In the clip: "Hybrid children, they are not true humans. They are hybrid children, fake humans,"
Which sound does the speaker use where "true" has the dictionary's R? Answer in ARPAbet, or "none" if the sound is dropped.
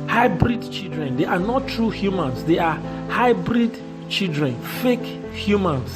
R